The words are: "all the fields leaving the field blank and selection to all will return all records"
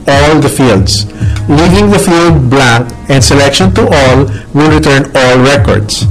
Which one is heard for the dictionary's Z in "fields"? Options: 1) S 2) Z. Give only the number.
1